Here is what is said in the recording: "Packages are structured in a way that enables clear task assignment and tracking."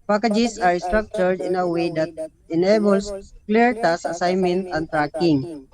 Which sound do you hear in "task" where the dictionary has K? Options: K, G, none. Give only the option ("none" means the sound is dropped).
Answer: none